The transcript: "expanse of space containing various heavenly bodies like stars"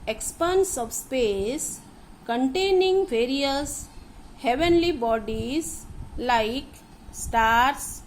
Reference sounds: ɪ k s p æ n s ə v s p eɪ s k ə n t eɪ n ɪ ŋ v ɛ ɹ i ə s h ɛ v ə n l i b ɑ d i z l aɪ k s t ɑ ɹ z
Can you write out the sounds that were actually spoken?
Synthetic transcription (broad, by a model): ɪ k s p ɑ n s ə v s p eɪ s k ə n t eɪ n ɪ ŋ v ɛ ɹ i ə s h ɛ v ə n l i b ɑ d i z l aɪ k s t ɑ ɹ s